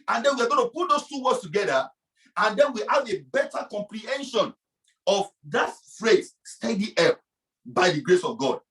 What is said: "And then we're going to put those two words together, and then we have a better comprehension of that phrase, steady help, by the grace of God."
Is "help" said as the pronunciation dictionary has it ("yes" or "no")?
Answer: no